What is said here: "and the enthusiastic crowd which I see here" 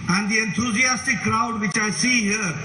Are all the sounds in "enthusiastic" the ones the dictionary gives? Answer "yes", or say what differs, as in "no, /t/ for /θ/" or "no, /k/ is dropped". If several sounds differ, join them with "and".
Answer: no, /t/ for /θ/